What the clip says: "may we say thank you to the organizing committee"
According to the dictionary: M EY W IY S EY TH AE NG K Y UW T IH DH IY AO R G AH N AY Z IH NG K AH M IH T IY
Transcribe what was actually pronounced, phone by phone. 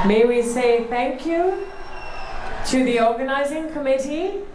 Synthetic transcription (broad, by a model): M EY W IY S EY TH AE NG K Y UW T IH DH IY AO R G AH N AY Z IH NG K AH M IH T IY